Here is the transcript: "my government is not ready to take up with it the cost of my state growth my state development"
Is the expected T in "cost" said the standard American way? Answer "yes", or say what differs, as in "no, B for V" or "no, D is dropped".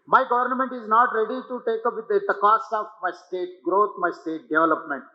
no, T is dropped